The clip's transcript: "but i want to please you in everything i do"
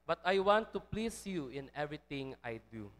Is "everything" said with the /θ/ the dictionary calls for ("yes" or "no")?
no